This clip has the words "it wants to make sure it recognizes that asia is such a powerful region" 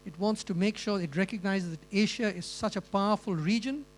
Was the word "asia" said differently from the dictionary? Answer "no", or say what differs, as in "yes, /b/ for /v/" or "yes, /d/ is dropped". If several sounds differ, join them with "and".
yes, /ʃ/ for /ʒ/